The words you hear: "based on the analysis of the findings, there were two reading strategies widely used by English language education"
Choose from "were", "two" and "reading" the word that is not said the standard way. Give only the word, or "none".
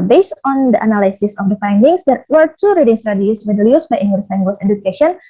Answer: none